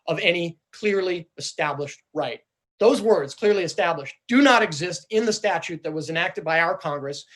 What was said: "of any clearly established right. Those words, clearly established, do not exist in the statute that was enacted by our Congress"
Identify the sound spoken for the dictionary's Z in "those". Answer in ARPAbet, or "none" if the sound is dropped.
Z